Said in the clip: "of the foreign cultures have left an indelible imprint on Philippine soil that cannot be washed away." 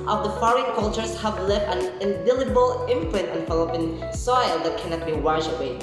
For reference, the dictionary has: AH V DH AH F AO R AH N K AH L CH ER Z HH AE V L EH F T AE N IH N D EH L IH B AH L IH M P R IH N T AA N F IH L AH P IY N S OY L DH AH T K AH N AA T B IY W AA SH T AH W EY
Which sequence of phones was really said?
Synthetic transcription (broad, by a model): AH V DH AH F AO R AH N K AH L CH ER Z HH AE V L EH F T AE N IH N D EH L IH B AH L IH M P R IH N T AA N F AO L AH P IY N S OY L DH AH T K AH N AA T B IY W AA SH AH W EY